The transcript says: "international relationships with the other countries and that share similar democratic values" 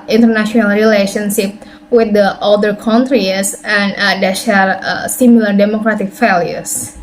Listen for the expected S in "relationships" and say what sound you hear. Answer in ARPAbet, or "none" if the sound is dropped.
none